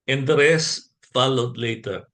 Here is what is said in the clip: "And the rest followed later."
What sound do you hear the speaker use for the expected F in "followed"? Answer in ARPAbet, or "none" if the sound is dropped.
F